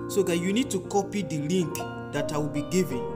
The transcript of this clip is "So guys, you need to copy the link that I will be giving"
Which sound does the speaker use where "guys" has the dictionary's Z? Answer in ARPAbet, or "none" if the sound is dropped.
none